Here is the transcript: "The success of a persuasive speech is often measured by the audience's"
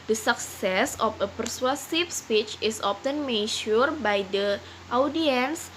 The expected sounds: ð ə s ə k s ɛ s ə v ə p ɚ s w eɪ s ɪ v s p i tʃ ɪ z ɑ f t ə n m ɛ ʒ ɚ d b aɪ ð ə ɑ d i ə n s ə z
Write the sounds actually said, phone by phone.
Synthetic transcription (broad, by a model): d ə s ə k s ɛ s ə f ə p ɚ s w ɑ s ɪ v s p i tʃ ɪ s ɑ f t ə n m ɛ ʃ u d b aɪ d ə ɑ d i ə n s